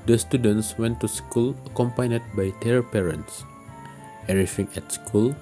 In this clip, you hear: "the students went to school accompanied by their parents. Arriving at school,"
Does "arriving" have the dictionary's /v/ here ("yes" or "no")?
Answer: no